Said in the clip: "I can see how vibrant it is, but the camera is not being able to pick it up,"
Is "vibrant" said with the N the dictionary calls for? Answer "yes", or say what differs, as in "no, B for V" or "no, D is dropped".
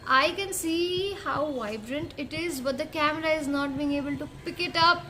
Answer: yes